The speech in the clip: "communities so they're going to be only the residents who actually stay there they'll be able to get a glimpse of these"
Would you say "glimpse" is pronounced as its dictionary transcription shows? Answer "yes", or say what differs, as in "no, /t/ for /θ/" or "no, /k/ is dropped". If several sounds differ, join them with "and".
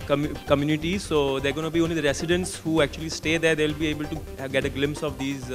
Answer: yes